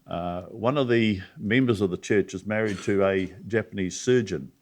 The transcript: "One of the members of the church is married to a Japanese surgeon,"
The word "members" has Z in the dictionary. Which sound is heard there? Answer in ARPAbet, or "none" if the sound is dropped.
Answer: Z